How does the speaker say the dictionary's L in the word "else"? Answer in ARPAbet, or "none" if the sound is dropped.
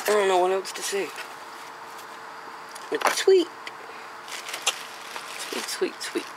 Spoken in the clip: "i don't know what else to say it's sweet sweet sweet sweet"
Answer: W